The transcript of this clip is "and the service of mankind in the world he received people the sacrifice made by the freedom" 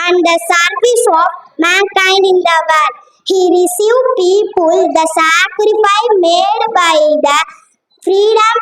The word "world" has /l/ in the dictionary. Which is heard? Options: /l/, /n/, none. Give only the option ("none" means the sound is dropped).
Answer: none